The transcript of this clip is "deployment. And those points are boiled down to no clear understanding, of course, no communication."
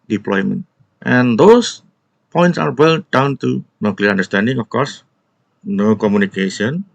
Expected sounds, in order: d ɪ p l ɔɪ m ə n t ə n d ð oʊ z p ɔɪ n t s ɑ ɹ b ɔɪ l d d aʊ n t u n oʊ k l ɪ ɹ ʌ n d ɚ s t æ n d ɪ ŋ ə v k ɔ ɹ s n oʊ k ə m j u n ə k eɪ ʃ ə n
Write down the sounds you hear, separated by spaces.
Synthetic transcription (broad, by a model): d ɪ p l ɔɪ m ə n t ə n d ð oʊ s p ɔɪ n t s ɑ ɹ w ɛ l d d aʊ n t u n oʊ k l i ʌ n d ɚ s t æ n d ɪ ŋ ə f k ɔ ɹ s n oʊ k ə m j u n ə k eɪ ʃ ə n